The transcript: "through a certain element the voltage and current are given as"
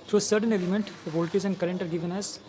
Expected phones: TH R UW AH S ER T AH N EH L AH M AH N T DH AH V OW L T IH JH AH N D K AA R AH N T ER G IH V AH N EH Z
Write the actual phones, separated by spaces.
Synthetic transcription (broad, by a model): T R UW AH S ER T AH N EH L AH M AH N T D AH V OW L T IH Z AH N D K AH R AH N T ER G IH V AH N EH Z